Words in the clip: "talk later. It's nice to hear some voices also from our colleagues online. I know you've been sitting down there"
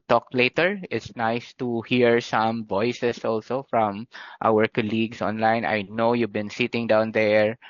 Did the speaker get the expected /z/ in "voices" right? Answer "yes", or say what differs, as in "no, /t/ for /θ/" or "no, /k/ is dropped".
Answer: no, /s/ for /z/